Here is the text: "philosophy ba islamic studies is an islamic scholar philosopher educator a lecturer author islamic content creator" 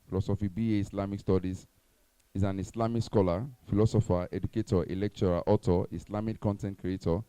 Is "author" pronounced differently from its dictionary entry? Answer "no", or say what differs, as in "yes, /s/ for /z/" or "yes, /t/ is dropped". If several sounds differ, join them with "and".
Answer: yes, /t/ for /θ/